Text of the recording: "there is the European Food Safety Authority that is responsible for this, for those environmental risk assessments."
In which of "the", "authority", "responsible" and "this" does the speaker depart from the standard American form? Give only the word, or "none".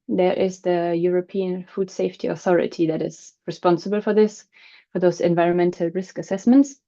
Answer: none